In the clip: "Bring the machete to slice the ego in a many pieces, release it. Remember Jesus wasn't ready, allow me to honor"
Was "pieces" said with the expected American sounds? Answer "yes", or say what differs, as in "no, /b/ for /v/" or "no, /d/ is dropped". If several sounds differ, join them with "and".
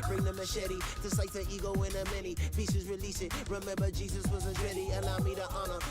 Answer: yes